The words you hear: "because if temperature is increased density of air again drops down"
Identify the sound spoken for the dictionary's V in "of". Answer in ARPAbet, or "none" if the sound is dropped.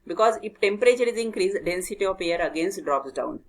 P